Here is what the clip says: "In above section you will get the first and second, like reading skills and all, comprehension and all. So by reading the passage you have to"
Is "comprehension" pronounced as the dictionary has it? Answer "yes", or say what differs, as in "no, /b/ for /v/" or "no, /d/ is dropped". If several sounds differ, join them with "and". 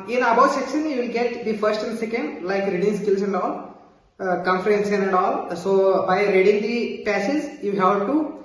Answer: no, /s/ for /ʃ/